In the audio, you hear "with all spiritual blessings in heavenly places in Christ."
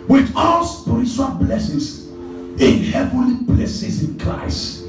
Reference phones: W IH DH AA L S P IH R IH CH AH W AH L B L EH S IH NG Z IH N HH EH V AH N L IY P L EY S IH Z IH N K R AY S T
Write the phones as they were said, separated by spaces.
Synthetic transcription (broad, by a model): W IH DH AA L S P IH R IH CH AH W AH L B L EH S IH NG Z IH N HH EH V AH N L IY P L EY S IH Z IH N K R AY S T